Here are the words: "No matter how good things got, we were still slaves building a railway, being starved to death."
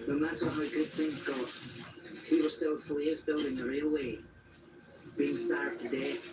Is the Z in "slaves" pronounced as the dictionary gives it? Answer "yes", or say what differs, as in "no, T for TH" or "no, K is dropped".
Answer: yes